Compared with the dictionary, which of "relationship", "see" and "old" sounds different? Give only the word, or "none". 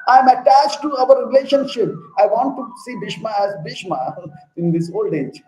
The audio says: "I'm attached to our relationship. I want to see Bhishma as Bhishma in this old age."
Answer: none